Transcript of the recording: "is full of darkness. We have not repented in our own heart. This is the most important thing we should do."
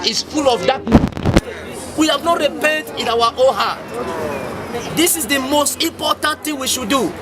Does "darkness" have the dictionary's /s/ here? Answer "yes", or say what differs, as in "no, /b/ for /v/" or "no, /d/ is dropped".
no, /s/ is dropped